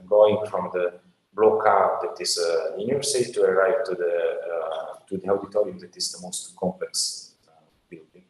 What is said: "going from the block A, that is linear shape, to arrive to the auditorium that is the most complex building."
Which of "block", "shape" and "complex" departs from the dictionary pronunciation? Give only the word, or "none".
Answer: shape